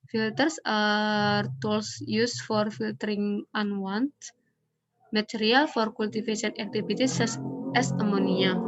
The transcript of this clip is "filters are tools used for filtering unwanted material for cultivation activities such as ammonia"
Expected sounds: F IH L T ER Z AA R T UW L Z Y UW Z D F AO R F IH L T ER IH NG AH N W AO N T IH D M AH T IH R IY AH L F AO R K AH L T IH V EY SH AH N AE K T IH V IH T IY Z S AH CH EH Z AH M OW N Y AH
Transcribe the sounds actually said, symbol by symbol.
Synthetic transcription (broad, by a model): F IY L T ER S AA R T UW L S Y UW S F AO R F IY L T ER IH NG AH N W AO N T M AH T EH R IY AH L F AO R K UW L T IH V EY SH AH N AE K T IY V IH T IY S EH S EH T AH M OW N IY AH